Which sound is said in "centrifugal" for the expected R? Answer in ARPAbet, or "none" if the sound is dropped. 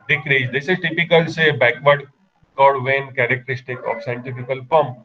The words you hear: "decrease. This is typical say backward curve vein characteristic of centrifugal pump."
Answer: none